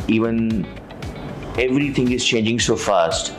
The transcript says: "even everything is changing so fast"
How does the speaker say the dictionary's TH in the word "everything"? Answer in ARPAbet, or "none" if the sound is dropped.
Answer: T